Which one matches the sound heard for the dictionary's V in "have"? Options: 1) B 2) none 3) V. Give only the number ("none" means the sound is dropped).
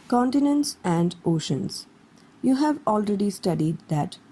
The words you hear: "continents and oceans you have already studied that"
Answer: 3